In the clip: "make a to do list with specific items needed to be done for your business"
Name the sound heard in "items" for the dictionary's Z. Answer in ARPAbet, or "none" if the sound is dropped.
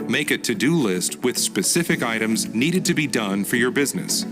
Z